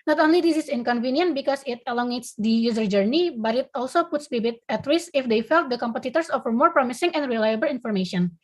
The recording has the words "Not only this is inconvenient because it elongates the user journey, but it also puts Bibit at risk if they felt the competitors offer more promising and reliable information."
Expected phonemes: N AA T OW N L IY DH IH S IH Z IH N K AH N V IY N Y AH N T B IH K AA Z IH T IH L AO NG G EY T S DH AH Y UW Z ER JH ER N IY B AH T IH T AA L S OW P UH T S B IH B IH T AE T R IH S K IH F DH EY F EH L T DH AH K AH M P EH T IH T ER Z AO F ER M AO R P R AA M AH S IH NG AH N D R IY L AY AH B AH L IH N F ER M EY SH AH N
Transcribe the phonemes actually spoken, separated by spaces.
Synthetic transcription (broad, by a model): N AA T OW N L IY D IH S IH S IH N K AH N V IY N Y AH N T B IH K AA S IH T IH L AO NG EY T S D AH Y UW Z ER JH ER N IY B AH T IH T AA L S OW P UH T S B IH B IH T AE T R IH S IH F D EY F EH L T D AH K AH M P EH T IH T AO S AO F ER M AO R P R AA M AH S IH NG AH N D R IY L AY AH B AH L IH N F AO M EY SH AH N